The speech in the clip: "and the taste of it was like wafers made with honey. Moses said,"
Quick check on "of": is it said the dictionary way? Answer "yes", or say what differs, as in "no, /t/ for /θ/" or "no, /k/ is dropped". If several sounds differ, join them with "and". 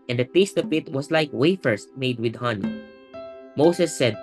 no, /p/ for /v/